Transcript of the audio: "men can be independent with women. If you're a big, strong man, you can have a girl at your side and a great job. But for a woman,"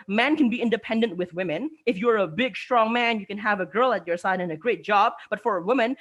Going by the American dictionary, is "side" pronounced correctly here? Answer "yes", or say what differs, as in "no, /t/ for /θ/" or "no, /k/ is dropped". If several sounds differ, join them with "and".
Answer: yes